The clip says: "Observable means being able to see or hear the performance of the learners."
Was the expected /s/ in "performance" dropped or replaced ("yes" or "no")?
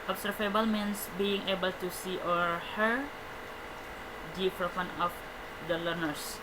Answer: yes